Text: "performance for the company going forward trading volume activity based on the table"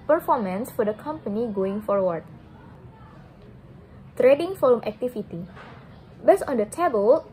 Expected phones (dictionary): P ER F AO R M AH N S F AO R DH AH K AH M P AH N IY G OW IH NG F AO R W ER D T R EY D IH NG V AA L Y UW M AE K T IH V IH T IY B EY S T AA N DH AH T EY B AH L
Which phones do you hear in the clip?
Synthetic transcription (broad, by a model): P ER F AO R M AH N S F AO R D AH K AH M P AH N IY G OW IH NG F AO R W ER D T R EY D IH NG F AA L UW M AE K T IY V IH T IY B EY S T AA N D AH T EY B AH L